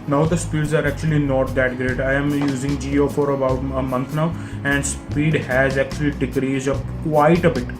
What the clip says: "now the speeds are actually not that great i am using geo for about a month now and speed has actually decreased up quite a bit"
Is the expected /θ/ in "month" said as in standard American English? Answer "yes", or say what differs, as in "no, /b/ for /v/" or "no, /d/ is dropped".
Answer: no, /t/ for /θ/